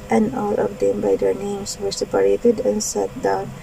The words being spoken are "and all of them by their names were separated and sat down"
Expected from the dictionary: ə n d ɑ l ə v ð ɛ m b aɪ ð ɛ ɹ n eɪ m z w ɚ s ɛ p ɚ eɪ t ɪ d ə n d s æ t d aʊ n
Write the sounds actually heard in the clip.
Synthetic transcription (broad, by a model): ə n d ɑ l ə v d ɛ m b aɪ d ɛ ɹ n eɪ m s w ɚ s ɛ p ɚ eɪ t ɪ d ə n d s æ t d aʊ n